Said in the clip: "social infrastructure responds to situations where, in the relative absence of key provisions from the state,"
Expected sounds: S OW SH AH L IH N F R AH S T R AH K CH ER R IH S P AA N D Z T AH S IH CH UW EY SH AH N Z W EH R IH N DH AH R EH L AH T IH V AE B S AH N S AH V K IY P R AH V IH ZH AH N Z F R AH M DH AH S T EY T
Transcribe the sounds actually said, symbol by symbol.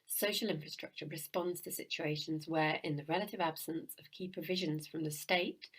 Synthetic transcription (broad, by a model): S OW SH AH L IH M F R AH S T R AH K CH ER R IH S P AA N D Z T AH S IH CH UW EY SH AH N Z W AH R IH N DH AH R EH L AH T IH V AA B S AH N S AH V K IY P R AH V IH ZH AH N Z F R AH M DH AH S T EY T